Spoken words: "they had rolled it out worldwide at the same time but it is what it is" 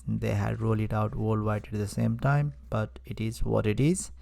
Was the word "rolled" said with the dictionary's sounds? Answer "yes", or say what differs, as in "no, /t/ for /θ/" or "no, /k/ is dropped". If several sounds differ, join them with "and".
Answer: no, /d/ is dropped